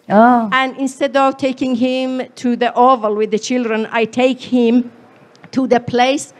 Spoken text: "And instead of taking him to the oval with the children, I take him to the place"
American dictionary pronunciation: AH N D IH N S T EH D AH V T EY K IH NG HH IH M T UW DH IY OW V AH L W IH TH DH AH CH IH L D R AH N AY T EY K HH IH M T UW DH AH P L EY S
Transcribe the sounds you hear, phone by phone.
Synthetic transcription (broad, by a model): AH N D IH N S T EH D AH V T EY K IH NG HH IH M T UW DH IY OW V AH L W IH DH AH CH IH L D R AH N AY T EY K HH IH M T UW DH AH P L EY S